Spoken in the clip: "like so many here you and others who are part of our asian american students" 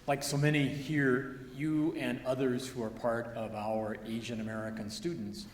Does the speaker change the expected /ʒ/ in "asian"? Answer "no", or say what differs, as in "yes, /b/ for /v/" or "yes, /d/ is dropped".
no